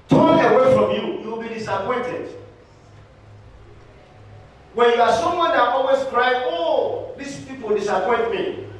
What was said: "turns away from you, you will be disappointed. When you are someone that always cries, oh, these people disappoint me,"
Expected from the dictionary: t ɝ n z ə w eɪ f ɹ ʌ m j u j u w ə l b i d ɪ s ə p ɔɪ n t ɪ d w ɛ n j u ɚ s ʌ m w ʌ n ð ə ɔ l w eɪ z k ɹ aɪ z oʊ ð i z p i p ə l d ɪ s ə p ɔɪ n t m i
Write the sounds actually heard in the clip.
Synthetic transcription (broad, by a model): t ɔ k ə w eɪ f ɹ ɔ m j u j u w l b i d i s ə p ɔɪ n t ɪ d w ɛ n j u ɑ s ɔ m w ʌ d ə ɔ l w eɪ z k ɹ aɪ oʊ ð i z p i p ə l d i s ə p ɔɪ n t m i